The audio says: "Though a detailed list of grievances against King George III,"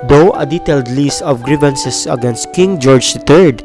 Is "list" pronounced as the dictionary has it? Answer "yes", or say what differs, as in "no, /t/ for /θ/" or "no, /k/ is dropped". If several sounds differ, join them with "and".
no, /t/ is dropped